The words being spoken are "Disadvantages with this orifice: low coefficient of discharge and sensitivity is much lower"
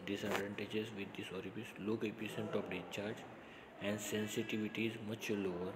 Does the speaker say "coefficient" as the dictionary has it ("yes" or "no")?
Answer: no